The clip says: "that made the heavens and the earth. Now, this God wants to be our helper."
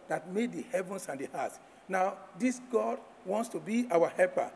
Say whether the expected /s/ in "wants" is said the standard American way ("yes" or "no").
yes